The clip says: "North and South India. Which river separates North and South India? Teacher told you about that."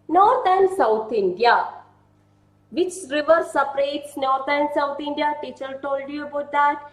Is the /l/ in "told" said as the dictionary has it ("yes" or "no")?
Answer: yes